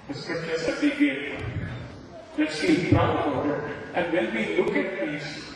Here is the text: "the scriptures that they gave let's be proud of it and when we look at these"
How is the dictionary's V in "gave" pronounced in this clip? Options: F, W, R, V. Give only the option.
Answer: F